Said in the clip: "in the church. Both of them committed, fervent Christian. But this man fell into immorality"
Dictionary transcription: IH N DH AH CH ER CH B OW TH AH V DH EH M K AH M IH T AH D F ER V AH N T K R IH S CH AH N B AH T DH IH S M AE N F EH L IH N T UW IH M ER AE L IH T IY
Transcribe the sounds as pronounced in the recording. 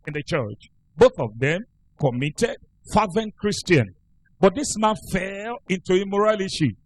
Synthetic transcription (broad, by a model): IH N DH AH CH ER CH B OW TH AH V DH EH M K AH M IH T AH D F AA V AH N K R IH S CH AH N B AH T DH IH S M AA N F EH L IH N T UW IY M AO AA L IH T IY